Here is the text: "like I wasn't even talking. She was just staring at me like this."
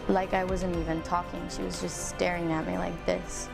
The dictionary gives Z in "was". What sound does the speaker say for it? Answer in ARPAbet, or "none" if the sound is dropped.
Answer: Z